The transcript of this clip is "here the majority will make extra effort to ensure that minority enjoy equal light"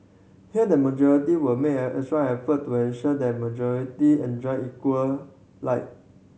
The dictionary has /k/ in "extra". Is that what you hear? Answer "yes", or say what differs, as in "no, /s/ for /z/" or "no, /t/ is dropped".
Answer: no, /k/ is dropped